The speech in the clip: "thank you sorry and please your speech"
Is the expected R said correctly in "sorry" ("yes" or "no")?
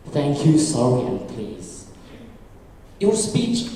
no